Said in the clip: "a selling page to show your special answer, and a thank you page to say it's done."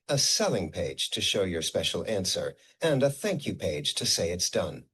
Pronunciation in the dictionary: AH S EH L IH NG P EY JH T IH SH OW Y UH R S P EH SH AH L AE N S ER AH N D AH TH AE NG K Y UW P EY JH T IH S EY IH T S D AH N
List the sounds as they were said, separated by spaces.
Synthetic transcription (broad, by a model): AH S EH L IH NG P EY JH T IH SH OW Y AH R S P EH SH L AE N S ER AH N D AH TH AE NG K Y UW P EY JH T IH S EY IH T S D AH N